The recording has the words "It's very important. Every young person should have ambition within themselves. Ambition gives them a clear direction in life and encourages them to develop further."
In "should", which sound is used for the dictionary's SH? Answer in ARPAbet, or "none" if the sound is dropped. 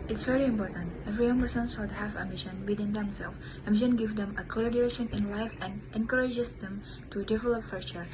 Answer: S